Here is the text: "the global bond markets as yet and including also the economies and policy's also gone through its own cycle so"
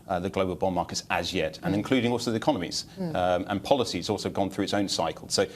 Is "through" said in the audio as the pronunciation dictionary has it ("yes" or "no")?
yes